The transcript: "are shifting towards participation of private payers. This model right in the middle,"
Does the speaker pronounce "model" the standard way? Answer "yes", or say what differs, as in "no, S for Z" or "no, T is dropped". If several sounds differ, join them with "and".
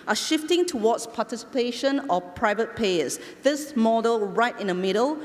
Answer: yes